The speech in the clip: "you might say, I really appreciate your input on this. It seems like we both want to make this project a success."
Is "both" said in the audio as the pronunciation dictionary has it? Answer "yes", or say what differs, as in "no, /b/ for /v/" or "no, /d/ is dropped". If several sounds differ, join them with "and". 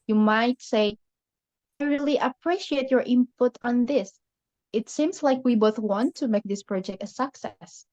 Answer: yes